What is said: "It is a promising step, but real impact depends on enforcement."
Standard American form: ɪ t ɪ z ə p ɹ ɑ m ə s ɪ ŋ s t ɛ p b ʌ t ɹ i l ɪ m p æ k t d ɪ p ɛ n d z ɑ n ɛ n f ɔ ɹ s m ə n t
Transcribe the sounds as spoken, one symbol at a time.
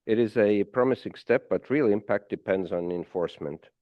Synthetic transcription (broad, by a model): ɪ t ɪ z ə p ɹ ɑ m ə s ɪ ŋ s t ɛ p b ʌ t ɹ i l ɪ m p æ k t d ɪ p ɛ n d z n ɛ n f ɔ ɹ s m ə n t